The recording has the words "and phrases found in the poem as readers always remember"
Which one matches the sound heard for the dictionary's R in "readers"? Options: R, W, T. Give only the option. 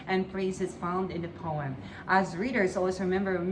R